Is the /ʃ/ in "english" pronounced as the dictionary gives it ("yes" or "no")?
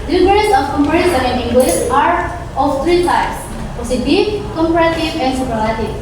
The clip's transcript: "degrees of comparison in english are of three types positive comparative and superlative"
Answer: no